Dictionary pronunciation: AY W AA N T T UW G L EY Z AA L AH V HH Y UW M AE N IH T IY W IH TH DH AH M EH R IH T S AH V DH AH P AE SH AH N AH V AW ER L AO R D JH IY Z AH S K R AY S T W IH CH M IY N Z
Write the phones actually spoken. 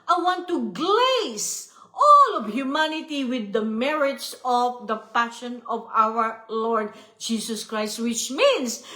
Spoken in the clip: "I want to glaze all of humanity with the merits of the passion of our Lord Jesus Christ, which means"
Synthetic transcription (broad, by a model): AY W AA N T T UW G L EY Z AA L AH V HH Y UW M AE N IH T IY W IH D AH M EH R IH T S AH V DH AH P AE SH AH N AH V AW ER L AO R D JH IY S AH S K R AY S T W IH CH M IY N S